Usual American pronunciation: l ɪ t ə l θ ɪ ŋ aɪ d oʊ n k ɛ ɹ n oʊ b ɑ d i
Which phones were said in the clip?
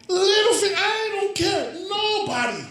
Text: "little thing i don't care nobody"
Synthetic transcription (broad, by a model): l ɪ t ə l f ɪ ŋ aɪ d oʊ n k ɛ ɹ n oʊ b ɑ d i